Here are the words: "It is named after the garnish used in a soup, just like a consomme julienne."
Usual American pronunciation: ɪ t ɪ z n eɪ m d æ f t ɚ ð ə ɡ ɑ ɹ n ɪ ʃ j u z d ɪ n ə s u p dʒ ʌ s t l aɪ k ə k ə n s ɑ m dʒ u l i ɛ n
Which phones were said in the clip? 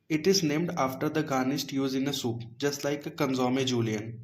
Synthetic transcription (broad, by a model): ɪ t ɪ z n eɪ m d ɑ f t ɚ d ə ɡ ɑ n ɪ s j u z ɪ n ə s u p dʒ ʌ s t l aɪ k ə k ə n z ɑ m dʒ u l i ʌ n